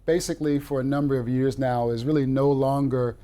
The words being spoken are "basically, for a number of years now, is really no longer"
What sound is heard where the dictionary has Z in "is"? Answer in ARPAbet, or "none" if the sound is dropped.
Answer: Z